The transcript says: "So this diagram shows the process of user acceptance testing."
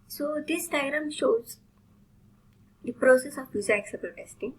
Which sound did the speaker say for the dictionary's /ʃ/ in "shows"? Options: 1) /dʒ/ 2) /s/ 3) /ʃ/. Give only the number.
3